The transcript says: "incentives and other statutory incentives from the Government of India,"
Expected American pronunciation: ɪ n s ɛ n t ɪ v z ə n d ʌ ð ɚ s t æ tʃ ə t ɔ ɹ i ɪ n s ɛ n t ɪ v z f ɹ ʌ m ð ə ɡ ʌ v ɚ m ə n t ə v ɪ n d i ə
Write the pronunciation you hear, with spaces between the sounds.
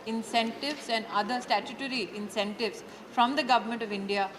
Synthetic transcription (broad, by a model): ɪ n s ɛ n t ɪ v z ə n d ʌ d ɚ s t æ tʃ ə t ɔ ɹ i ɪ n s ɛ n t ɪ v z f ɹ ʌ m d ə ɡ ʌ v ɚ m ə n t ə v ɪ n d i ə